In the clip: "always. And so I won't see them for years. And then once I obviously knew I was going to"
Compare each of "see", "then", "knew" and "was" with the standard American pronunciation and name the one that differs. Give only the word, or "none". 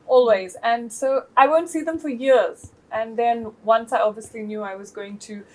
none